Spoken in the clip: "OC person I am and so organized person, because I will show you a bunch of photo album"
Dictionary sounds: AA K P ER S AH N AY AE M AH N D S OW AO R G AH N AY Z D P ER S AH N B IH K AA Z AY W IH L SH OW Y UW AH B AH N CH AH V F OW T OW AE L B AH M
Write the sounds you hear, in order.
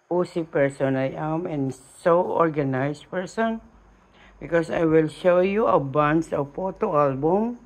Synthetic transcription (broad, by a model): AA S P ER S AH N AY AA M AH N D S OW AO R G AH N AY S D P ER S AH N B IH K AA S AY W IH L SH OW Y UW AH B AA N S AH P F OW T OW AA L B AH M